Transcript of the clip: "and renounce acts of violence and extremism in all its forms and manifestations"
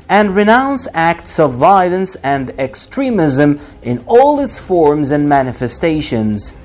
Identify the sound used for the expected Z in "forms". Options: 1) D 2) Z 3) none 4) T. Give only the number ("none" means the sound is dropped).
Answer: 2